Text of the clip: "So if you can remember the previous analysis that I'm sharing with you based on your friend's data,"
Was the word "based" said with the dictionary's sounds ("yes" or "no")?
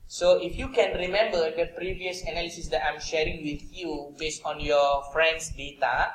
yes